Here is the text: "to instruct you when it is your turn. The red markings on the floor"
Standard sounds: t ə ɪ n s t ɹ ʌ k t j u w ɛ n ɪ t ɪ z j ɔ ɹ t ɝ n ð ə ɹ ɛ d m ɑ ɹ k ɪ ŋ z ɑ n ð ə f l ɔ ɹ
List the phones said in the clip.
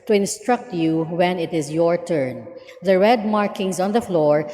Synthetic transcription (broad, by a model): t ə ɪ n s t ɹ ʌ k t j u w ɛ n ɪ t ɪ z j ɔ ɹ t ɝ n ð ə ɹ ɛ d m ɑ ɹ k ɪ ŋ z ɑ n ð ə f l ɔ ɹ